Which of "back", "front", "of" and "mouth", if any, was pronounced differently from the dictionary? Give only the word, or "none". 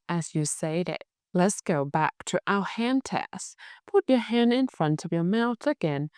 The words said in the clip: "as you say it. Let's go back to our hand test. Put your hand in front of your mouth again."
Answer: none